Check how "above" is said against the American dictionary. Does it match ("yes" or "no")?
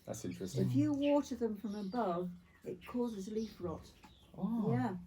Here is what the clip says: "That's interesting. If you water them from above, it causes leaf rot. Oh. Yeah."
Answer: yes